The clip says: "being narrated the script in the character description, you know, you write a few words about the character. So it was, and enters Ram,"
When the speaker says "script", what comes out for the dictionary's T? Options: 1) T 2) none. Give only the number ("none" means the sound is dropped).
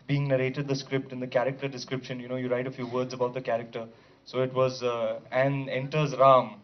1